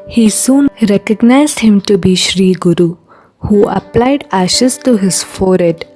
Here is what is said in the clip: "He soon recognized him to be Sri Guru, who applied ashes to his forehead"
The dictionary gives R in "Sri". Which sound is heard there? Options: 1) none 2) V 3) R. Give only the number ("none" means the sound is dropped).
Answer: 3